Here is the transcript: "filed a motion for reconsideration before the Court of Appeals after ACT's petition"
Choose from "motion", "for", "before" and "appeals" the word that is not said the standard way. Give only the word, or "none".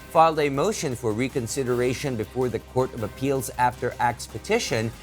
none